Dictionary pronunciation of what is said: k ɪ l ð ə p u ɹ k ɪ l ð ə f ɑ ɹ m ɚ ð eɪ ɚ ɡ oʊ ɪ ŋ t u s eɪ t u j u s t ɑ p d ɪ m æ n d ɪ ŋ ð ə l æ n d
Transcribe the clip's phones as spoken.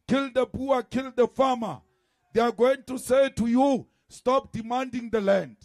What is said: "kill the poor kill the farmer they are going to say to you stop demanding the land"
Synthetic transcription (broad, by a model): k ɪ l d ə b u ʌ k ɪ l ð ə f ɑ m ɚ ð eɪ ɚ ɡ oʊ ɪ ŋ t u s eɪ t u j u s t ɑ p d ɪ m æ n d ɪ ŋ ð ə l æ n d